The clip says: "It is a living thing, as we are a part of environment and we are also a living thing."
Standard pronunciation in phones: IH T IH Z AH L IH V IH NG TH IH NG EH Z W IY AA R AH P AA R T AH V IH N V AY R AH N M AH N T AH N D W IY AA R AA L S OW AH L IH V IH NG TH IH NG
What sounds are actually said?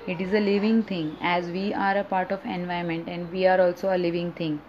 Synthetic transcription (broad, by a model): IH T IH Z AH L IH V IH NG T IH NG EH Z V IY AA R AH P AA R T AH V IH N V AY AH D M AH N T AH N D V IY AA R AA L S OW AH L IH V IH NG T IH NG